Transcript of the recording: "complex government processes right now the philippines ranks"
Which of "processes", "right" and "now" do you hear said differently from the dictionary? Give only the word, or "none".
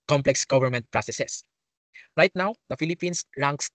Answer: processes